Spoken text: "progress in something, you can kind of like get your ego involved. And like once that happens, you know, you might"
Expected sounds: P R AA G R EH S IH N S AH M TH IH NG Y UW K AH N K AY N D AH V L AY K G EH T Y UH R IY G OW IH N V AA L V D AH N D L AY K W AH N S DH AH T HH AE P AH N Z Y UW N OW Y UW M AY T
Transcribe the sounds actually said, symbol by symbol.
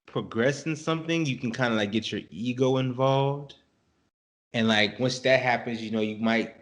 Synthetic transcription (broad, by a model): P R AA G R EH S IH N S AH M TH IH NG Y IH K N K AY N D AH L AY K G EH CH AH R IY G OW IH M V AA L V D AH N L AY K W AH N S DH AH T HH AE P AH N Z Y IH N OW Y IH M AY T